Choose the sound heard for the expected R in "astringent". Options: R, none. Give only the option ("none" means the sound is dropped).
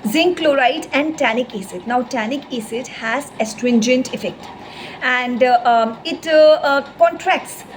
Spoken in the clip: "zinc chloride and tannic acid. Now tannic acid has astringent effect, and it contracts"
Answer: R